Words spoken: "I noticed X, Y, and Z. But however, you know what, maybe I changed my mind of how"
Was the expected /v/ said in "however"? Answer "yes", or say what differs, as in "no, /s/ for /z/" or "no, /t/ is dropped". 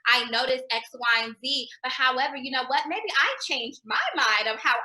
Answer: yes